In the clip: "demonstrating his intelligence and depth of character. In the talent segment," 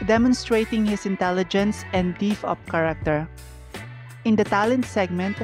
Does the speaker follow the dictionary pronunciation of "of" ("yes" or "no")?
no